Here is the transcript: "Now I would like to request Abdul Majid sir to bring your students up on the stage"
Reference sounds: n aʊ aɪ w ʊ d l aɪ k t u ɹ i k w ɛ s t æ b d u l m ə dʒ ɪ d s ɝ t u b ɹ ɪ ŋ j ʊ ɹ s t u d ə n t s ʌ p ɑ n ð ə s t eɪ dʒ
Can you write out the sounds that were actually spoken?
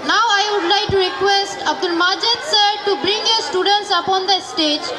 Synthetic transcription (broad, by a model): n aʊ aɪ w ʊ d l aɪ k t u ɹ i k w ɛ s t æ b d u l m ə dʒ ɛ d s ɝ t u b ɹ ɪ ŋ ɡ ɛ s t u d ə n t s ʌ p ɑ n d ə s t eɪ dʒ